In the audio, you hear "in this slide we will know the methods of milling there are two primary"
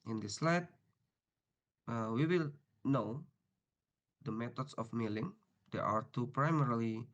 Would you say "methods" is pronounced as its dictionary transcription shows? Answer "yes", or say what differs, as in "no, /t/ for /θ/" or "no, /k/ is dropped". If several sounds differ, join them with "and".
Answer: no, /t/ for /θ/ and /s/ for /z/